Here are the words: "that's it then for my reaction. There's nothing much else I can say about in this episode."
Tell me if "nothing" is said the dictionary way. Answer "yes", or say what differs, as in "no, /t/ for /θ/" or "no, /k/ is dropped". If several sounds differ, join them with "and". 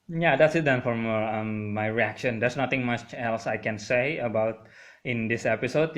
no, /t/ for /θ/